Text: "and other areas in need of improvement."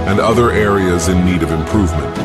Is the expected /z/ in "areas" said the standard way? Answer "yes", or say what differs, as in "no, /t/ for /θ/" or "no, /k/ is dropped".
yes